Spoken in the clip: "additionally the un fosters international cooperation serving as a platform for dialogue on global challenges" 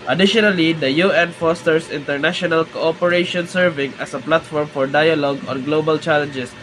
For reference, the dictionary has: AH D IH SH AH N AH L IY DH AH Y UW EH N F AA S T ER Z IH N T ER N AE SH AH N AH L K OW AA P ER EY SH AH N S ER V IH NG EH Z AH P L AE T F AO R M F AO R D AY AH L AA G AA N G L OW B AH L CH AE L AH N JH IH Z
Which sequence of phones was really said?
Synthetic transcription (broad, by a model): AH D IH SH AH N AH L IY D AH Y UW EH N F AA S T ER S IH N T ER N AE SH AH N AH L K OW AA P ER EY SH AH N S ER V IH NG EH S AH P L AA T F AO R M F AO R D AY AH L AA G AA N G L OW B AH L CH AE L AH N JH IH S